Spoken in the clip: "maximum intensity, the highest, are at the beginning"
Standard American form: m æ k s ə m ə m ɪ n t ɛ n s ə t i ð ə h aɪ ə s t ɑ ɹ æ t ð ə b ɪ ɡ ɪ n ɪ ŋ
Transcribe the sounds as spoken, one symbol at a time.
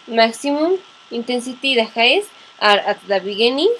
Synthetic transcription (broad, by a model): m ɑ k s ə m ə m ɪ n t ɛ n s ə t i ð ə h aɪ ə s ɑ ɹ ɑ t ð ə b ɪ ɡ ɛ n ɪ